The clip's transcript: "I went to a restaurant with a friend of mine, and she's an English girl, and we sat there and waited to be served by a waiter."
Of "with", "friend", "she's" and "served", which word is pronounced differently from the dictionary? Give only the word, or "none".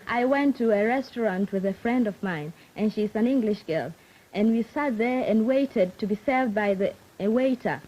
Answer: none